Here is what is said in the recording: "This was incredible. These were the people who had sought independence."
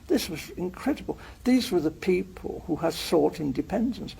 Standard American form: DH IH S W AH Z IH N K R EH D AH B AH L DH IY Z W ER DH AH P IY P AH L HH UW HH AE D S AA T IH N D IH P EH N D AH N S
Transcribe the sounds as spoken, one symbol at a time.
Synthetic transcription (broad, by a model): DH IH S W AH Z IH N K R EH D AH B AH L DH IY Z W ER DH AH P IY P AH L HH UW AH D S AA T IH N D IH P EH N D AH N S